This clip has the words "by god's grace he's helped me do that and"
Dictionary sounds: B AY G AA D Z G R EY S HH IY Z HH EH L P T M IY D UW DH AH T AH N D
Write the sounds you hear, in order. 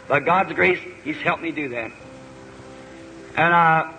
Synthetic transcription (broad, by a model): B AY G AA D Z G R EY S HH IY Z HH EH L P M IY D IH DH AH T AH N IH